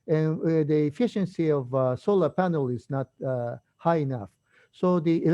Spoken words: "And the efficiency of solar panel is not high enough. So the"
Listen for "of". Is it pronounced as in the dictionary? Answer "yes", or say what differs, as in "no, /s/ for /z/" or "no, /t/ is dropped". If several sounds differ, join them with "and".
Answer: yes